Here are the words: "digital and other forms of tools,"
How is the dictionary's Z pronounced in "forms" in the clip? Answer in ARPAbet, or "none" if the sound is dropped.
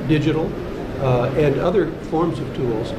Z